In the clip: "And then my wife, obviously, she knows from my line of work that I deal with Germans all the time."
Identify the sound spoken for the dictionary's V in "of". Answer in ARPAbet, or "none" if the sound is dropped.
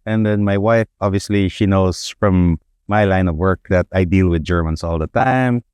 V